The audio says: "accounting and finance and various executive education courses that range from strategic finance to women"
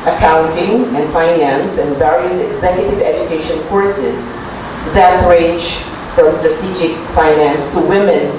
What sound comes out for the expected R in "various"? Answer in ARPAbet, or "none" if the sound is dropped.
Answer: R